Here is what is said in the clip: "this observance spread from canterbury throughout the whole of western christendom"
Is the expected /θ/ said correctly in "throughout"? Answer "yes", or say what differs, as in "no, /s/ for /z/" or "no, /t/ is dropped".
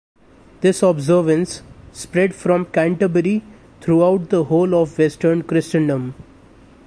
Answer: no, /t/ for /θ/